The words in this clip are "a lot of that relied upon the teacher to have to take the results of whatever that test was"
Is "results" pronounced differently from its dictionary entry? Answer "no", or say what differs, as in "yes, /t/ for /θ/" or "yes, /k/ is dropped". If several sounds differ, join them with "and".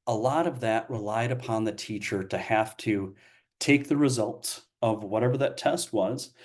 no